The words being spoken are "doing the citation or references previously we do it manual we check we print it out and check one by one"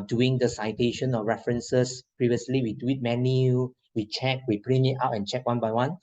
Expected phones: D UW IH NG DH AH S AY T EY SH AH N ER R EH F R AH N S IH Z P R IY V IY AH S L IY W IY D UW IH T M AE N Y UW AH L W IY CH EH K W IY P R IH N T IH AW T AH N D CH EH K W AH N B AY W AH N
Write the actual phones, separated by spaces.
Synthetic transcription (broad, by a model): D UW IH NG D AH S AY T EY SH AH N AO R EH F R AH N S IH S P R IY V IY AH S L IY W IY D UW IH T M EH N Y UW W IY CH EH K W IY P R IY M IH AW T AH N CH EH K W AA N B AY W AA N